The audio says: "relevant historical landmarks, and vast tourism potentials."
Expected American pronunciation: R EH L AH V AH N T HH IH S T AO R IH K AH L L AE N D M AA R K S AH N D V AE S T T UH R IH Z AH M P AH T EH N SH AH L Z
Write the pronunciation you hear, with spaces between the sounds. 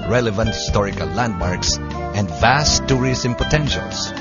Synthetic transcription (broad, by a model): R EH L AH V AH N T HH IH S T AO R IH K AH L L AE N D M AA R K S AH N D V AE S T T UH R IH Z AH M P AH T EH N SH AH L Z